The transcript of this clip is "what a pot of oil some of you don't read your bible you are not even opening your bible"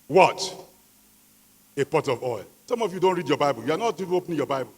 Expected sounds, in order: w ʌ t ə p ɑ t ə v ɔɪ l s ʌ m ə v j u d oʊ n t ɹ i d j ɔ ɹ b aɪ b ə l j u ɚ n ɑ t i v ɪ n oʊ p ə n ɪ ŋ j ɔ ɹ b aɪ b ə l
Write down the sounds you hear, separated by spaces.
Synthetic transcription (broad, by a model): w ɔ t ə p ɑ t ə v ɔɪ l s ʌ m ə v j u d oʊ n t ɹ i d j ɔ b aɪ b ə l j u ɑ n ɑ t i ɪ oʊ p n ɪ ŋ j ɔ b aɪ b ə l